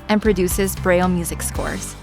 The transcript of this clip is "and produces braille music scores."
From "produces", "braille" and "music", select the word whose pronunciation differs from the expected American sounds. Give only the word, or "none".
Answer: none